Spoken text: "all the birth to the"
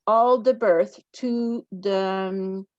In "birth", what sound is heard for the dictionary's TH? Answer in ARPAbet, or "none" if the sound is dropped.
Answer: TH